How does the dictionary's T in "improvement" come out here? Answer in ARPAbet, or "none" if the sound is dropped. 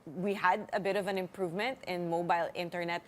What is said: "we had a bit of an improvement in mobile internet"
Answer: T